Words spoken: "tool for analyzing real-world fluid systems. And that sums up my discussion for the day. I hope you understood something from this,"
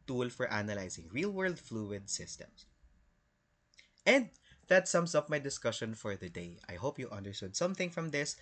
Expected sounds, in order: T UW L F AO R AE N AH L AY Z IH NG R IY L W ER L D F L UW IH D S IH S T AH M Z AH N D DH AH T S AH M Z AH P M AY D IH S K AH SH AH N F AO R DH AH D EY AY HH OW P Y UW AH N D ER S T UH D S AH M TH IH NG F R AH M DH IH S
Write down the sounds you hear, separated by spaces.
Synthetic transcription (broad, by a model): T UW L F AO R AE N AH L AY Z IH NG R IY L W ER L D F L UW IH D S IH S T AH M S AH N D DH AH T S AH M S AH P M AY D IH S K AH SH AH N F AO R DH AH D EY AY HH OW P Y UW AH N D ER S T UH D S AH M TH IH NG F R AH M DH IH S